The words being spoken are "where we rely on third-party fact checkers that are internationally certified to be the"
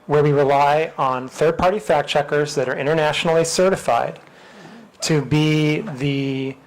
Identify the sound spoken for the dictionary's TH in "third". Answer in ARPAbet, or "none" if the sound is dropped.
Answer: TH